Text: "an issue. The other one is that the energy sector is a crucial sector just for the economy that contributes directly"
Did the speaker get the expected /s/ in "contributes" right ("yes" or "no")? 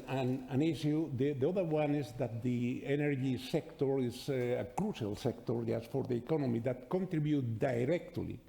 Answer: no